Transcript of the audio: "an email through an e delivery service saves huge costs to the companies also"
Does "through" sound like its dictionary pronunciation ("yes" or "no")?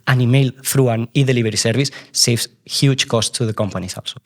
no